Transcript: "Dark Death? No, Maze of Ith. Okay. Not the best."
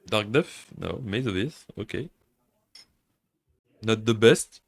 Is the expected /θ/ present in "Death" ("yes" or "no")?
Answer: no